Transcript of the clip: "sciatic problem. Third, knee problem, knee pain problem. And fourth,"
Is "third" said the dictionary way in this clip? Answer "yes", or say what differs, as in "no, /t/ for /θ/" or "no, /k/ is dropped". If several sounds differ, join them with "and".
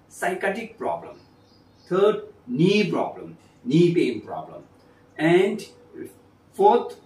no, /t/ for /θ/